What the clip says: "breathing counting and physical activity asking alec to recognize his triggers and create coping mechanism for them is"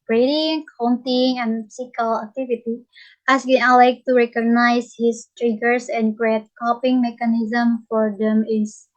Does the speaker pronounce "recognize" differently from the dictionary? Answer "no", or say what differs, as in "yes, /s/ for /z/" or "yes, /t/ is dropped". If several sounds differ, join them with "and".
yes, /s/ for /z/